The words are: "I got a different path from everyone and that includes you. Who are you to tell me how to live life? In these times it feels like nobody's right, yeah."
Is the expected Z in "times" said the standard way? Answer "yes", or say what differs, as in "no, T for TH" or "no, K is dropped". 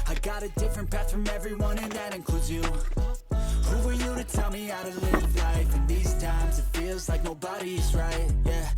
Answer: yes